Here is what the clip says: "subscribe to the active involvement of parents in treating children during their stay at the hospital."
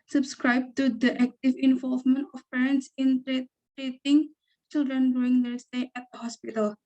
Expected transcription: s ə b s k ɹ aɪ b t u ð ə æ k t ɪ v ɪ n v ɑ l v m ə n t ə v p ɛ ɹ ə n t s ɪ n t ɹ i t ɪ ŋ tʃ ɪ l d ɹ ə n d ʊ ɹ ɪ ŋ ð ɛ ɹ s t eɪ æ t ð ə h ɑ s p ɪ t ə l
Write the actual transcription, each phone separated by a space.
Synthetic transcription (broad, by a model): s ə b s k ɹ aɪ b t u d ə æ k t ɪ v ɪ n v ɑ l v m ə n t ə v p ɛ ɹ ə n t s ɪ n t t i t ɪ ŋ tʃ ɪ l d ɹ ə n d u ɪ ŋ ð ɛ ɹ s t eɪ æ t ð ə h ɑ s p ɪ t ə l